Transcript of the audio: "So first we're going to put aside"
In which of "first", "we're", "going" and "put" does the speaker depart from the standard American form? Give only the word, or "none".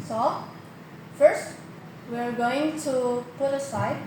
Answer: none